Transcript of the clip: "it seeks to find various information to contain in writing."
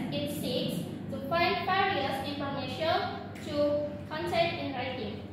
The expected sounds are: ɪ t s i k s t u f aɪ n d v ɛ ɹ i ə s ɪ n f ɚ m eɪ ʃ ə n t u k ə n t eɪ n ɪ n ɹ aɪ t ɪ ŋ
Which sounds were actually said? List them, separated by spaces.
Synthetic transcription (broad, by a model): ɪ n s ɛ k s t u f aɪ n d f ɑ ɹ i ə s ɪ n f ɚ m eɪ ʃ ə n t u k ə n s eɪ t ɪ n ɹ aɪ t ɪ ŋ